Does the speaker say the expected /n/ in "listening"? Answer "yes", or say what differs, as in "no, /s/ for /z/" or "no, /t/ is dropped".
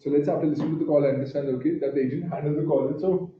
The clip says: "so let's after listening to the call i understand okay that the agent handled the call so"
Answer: no, /n/ is dropped